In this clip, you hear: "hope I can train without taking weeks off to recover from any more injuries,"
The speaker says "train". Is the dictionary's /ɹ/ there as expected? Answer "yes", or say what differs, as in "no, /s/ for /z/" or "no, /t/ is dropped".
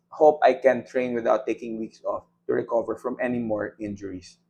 yes